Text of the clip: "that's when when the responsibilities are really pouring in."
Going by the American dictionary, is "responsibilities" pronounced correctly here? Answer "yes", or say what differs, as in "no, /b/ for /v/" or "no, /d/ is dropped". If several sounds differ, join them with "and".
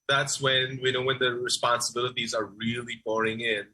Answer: yes